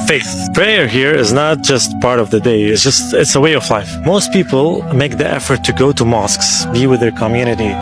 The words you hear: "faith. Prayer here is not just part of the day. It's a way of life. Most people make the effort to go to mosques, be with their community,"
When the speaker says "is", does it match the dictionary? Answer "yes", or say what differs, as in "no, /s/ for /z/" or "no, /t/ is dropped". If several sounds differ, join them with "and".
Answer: yes